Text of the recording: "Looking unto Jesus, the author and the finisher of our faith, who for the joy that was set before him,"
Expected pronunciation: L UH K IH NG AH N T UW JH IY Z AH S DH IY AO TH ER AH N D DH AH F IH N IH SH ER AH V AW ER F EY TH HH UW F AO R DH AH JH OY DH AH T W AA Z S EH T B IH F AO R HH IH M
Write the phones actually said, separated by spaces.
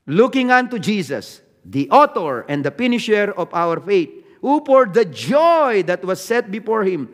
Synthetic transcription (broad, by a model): L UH K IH NG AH N T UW JH IY S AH S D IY AO T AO AH N D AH P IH N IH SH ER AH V AW ER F EY T HH UW P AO R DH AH JH OY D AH T W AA S EH T B IH F AO R HH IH M